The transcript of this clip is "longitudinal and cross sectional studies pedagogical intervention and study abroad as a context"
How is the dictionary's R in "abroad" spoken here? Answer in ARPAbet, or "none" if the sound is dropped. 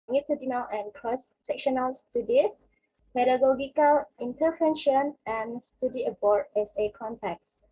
none